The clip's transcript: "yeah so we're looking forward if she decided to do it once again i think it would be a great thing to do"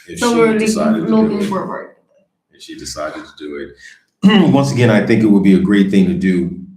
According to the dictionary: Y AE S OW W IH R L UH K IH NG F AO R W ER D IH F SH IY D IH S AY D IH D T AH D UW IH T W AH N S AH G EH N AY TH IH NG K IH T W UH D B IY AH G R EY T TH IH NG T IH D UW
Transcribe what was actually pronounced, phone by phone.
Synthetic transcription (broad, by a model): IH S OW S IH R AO IH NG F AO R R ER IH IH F SH IY D IH S AY D IH D T AH D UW IH T W AH N S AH G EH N AY TH IH NG K IH T W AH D B IY AH G R EY T TH IH NG T IH D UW